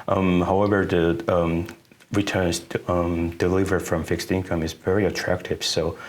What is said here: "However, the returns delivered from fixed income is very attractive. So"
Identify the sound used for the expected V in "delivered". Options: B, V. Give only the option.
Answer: V